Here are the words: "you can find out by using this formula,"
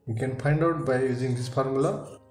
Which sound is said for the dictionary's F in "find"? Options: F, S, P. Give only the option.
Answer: P